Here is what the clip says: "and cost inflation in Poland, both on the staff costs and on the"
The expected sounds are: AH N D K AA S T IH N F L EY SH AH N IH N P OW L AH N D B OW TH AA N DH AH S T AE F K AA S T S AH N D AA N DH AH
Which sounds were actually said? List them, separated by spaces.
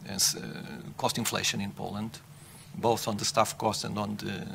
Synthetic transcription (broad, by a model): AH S K AA S T IH N F L EY SH AH N IH N P OW L AH N D B OW TH AA N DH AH S T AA F K AA S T AH N D AA N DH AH